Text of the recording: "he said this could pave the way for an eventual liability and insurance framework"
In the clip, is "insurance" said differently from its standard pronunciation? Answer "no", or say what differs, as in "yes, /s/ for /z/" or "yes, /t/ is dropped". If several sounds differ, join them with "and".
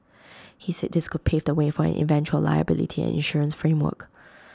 no